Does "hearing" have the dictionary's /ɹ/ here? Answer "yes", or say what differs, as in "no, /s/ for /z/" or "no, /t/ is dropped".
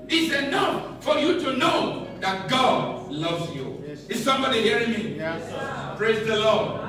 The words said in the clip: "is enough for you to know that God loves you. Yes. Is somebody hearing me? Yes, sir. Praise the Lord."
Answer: yes